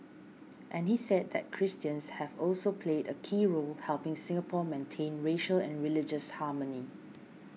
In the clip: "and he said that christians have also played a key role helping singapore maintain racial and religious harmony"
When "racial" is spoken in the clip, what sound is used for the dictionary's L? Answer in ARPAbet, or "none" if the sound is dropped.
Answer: L